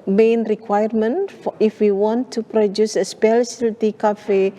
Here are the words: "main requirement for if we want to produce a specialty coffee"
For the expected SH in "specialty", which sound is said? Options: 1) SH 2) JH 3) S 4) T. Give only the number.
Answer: 3